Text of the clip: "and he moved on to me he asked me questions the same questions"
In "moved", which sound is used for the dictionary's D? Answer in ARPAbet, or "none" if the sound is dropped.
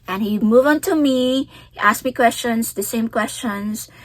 none